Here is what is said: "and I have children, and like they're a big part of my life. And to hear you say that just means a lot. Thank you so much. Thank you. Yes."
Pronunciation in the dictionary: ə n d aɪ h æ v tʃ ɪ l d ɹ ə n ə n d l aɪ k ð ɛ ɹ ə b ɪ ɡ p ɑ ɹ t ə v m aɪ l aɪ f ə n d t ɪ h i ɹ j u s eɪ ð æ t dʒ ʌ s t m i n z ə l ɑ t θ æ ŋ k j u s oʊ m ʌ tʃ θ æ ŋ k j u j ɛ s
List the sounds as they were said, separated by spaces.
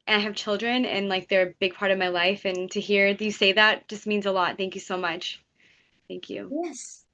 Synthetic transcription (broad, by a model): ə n aɪ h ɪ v tʃ ɪ l d ɹ ə n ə n l aɪ k ð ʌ ɹ ə b ɪ ɡ p ɑ ɹ t ə v m aɪ l aɪ f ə n t ɪ h i ɹ j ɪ s eɪ ð æ t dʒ ʌ s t m i n z ə l ɑ t θ æ ŋ k j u s oʊ m ʌ tʃ θ æ ŋ k j u j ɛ s